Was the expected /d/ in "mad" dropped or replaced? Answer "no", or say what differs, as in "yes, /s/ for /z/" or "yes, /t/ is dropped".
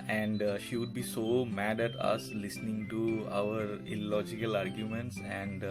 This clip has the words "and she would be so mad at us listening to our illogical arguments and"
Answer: no